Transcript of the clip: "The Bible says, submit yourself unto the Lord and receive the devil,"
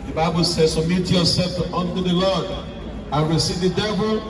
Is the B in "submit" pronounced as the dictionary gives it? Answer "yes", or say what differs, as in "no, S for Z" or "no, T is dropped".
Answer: no, B is dropped